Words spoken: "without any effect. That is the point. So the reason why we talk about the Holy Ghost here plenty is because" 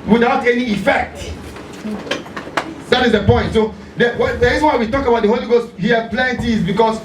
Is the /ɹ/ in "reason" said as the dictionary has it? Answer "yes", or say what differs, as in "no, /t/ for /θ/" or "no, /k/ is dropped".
no, /w/ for /ɹ/